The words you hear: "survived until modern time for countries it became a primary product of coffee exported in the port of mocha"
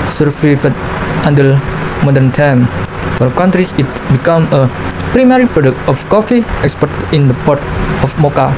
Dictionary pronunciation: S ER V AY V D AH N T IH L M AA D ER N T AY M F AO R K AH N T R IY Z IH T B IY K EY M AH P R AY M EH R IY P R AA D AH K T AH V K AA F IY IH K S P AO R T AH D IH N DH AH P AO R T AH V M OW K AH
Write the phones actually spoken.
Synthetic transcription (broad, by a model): S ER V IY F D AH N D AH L M AA D ER N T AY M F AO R K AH N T R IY S IH T B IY K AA M AH P R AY M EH R IY P R AA D AH K T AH F K AA F IY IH K S P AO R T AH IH N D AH P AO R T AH F M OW K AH